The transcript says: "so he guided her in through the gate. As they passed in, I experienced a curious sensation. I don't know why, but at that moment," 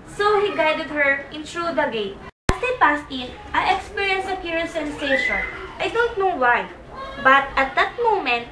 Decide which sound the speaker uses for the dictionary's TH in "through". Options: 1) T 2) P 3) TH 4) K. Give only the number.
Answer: 1